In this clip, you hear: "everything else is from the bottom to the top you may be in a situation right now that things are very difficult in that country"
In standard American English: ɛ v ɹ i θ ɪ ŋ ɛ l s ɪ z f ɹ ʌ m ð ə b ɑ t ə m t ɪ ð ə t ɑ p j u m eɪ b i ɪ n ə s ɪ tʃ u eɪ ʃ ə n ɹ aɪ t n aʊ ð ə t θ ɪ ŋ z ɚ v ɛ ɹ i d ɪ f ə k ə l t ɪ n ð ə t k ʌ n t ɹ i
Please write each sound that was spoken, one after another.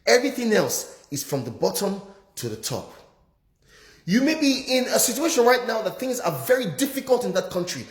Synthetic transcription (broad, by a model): ɛ v ɹ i θ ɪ ŋ ɛ l s ɪ z f ɹ ʌ m ð ə b ɑ t ə m t ɪ ð ə t ɑ p j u m eɪ b i ɪ n ə s ɪ tʃ u eɪ ʃ ə n ɹ aɪ t n aʊ ð ə t θ ɪ ŋ z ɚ v ɛ ɹ i d ɪ f ə k ə l t ɪ n ð ə t k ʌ n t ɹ i